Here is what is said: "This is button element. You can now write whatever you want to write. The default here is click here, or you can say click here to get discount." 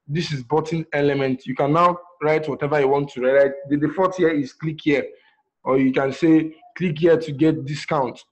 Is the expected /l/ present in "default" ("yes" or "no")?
no